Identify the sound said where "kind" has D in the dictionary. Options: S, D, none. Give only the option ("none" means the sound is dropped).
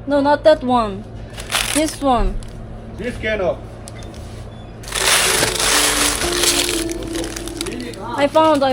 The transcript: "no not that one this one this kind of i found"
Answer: none